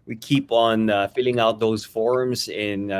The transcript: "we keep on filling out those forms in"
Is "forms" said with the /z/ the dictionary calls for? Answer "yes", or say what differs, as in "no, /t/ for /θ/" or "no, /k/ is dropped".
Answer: yes